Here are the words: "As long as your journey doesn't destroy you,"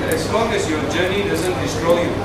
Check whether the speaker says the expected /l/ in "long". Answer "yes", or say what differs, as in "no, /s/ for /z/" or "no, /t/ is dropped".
yes